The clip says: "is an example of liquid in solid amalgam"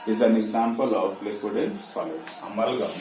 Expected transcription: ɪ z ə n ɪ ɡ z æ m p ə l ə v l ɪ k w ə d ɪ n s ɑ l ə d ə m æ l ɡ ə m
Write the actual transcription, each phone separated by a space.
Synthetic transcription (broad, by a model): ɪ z ə n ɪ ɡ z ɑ m p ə l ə p l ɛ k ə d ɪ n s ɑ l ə ə m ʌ l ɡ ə